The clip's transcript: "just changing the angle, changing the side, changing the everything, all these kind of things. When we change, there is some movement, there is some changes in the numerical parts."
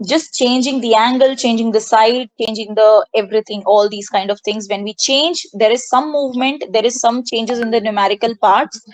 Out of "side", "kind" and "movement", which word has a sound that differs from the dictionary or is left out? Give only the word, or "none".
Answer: none